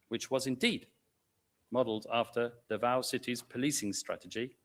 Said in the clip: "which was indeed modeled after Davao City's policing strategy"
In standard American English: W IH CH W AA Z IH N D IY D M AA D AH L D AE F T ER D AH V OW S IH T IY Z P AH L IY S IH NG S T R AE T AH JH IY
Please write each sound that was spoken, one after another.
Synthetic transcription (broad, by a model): W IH CH W AA Z IH N D IY D M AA D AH L D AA F T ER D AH V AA S IH T IY Z P AH L IY S IH NG S T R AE T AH JH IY